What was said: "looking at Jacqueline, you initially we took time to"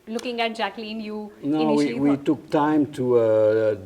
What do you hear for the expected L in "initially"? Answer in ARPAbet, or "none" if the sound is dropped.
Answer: W